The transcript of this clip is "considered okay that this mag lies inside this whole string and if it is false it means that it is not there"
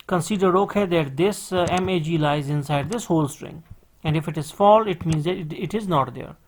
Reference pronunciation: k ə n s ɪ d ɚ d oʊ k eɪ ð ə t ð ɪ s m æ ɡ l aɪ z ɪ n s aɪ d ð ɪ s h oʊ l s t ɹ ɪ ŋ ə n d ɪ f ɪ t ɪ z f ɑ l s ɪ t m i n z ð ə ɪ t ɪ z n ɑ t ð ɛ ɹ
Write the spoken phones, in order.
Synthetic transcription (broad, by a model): k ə n s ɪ d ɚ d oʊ k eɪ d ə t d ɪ s m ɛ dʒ l aɪ z ɪ n s aɪ d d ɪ s h oʊ l s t ɹ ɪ ŋ ə n d ɪ f ɪ t ɪ z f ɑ l ɪ t m i n z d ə ɪ t ɪ z n ɑ t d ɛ ɹ